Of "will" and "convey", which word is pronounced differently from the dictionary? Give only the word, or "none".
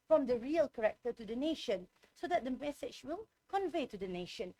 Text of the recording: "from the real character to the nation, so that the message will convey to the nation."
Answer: none